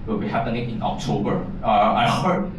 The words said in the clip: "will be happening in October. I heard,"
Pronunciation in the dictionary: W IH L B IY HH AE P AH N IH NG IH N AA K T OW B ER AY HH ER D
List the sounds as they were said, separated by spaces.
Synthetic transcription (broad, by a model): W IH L B IY HH AE P AH N IH NG IH N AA K T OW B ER AY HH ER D